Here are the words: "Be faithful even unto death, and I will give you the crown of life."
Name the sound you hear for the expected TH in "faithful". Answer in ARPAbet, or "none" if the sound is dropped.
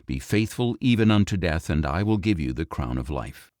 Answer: TH